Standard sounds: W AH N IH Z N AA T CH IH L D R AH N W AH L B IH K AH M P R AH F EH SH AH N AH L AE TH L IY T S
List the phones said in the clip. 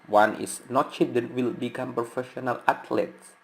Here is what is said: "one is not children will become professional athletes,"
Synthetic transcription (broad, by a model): W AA N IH S N AA T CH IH D AH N W AH L B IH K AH M P R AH F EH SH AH N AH L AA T L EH T S